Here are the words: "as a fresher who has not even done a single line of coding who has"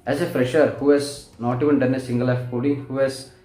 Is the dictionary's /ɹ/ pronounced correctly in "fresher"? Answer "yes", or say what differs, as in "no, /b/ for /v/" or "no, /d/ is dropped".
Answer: yes